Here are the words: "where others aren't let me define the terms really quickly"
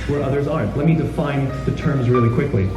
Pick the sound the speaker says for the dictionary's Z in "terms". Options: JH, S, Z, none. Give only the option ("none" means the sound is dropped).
Z